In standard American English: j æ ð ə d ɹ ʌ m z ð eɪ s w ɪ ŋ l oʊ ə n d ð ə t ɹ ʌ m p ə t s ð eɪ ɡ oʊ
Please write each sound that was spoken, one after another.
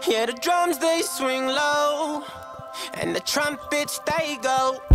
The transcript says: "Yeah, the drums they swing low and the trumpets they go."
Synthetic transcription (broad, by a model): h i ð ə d ɹ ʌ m z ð eɪ s w ɪ ŋ l oʊ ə n ð ə t ɹ ʌ m p ə t s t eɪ ɡ oʊ